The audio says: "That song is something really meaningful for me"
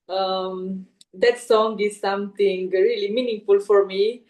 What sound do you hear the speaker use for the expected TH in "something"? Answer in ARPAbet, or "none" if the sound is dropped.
T